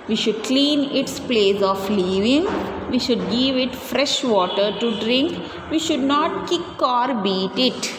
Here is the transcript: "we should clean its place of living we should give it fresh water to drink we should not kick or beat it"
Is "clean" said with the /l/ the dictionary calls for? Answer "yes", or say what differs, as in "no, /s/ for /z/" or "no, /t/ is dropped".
yes